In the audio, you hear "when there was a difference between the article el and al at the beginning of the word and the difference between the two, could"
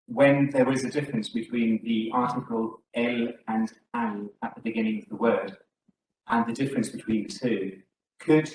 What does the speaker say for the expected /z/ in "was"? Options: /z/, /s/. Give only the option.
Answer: /z/